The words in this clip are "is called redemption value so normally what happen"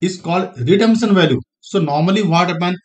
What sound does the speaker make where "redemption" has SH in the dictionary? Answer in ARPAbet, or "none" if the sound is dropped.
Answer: S